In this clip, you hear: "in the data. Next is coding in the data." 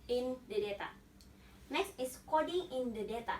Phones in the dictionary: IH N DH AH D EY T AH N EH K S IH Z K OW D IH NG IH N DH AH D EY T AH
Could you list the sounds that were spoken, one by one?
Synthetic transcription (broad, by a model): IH N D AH D EY T AH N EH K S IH S K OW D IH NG IH N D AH D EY T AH